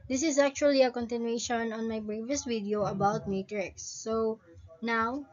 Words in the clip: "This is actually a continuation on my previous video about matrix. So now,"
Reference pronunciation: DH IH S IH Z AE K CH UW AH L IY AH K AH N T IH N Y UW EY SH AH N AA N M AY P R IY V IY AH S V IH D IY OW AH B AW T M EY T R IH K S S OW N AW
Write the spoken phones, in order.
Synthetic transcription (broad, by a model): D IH S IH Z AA K CH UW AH L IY AH K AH N T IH N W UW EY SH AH N AA N M AY B R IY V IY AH S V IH D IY OW AH B AW T M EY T R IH K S S OW N AW